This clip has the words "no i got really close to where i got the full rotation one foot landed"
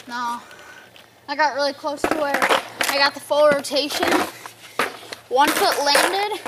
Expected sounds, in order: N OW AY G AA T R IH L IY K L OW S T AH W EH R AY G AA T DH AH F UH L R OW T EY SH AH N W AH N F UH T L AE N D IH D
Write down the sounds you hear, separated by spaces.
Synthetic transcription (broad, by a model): N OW AY G AA T R IH L IY K L OW S T AH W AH R AY G AA T DH AH F UH L R OW T EY SH AH N W AH N F UH T L AE N D IH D